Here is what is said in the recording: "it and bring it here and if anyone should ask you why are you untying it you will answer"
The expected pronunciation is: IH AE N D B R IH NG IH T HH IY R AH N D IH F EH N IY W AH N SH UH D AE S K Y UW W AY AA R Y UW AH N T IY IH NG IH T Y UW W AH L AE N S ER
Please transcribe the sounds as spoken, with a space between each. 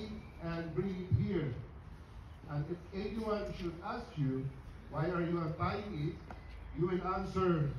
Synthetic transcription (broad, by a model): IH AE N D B R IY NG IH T HH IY R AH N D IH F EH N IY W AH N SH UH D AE S K Y UW W AY AA R Y UW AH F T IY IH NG IH T Y UW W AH N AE N S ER